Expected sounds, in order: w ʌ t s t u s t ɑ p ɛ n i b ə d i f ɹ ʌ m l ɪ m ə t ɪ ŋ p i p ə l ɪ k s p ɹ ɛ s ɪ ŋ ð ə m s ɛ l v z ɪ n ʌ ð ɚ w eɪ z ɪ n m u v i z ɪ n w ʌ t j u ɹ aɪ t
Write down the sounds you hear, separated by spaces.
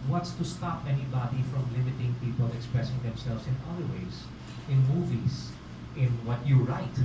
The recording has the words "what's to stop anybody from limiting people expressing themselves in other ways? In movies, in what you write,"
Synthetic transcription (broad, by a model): w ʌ t s t u s t ɑ p ɛ n i b ə d i f ɹ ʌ m l ɪ m ə t ɪ ŋ p i p ə l ɪ k s p ɹ ɛ s ɪ ŋ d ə m s ɛ l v s ɪ n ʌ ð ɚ w eɪ s ɪ n m u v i s ɪ n w ʌ t j u ɹ aɪ t